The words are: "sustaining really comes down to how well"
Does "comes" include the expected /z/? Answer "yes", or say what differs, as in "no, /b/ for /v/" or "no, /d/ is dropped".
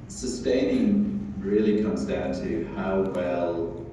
yes